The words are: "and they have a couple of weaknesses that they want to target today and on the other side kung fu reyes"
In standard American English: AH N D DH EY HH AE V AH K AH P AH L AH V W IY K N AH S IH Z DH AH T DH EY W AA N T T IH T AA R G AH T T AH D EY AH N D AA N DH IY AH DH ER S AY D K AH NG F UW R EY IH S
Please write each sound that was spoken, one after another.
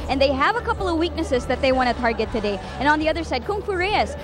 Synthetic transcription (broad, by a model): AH N DH EY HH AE V AH K AH P L AH V W IY K N AH S IH Z DH AH T DH EY W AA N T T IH T AA R G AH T T AH D EY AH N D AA N DH IY AH DH ER S AY D K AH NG F UW R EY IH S